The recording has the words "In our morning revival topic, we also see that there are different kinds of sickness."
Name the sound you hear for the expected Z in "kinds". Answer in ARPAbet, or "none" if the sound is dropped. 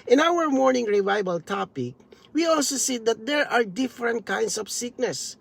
S